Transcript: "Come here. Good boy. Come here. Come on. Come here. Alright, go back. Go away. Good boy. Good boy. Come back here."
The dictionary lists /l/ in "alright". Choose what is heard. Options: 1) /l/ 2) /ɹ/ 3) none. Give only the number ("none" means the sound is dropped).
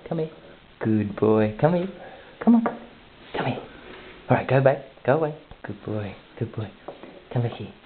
3